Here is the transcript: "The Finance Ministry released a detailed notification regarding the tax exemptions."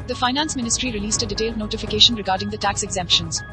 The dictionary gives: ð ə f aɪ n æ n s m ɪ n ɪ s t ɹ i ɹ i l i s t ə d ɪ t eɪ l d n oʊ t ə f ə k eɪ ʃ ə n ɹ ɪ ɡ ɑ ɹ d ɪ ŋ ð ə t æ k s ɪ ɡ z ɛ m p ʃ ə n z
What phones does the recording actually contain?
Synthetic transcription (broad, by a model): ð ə f aɪ n æ n s m ɪ n ɪ s t ɹ i ɹ i l i s t ə d ɪ t eɪ l d n oʊ t ə f ə k eɪ ʃ ə n ɹ ɪ ɡ ɑ ɹ d ɪ ŋ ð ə t æ k s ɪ ɡ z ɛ m p ʃ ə n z